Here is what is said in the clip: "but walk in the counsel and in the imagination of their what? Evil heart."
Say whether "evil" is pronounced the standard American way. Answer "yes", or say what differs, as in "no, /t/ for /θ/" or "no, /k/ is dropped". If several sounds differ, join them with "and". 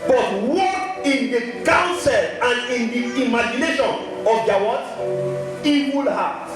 no, /w/ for /v/